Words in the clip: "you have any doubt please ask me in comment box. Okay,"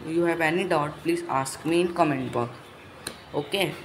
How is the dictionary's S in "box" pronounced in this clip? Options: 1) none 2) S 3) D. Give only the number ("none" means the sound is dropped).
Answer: 1